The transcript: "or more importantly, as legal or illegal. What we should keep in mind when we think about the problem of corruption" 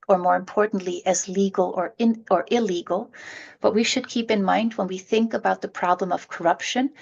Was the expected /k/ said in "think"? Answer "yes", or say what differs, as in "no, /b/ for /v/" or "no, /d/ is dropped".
yes